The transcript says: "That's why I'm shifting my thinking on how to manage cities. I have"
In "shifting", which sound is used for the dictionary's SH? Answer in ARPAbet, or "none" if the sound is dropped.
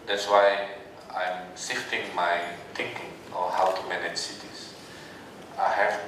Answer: S